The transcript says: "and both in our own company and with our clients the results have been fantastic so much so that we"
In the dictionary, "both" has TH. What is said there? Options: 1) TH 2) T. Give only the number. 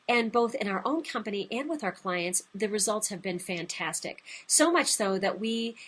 1